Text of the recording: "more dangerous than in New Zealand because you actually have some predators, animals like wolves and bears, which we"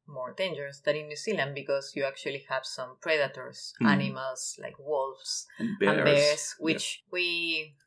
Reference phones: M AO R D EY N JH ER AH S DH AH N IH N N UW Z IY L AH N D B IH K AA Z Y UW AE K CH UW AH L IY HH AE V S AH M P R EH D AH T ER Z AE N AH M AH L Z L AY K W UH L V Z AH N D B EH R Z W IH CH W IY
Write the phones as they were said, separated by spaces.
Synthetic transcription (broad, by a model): M AO R D EY N JH ER AH S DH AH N IH N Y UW S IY L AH N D B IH K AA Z Y UW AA K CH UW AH L IY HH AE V S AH M P R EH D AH T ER S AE N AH M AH L S L AY K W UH L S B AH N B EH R S W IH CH W IY